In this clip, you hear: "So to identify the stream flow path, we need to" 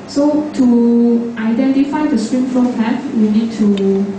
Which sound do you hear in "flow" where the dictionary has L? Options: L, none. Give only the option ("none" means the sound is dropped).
none